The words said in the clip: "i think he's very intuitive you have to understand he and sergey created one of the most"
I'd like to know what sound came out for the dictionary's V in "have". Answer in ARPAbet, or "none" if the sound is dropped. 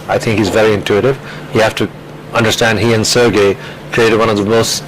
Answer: F